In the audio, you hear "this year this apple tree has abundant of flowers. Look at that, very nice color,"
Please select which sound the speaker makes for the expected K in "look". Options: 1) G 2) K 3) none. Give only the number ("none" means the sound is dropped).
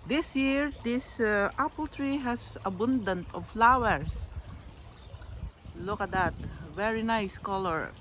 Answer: 2